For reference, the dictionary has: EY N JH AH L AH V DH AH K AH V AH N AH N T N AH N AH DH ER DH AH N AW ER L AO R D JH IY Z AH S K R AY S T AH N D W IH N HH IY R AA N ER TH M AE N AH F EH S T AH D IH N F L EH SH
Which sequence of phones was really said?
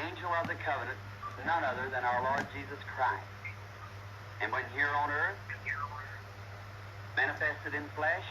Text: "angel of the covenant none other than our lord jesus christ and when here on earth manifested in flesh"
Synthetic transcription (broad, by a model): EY N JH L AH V DH AH K AH V AH N AH N T N AH N AH DH ER DH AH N AW ER L AO R D JH IY Z AH S K R AY S T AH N W IH N HH IY R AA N ER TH M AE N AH F EH S T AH D IH N F L EH SH